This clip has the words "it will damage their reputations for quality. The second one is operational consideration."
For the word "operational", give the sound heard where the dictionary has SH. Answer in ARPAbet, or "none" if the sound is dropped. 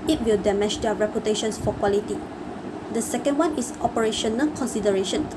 SH